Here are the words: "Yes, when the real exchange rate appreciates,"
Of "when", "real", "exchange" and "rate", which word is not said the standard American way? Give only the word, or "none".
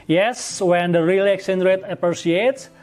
exchange